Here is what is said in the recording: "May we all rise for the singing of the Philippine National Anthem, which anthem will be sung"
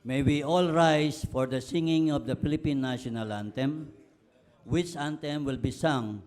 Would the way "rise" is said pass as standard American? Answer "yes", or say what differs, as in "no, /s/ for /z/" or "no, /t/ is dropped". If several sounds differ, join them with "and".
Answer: no, /s/ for /z/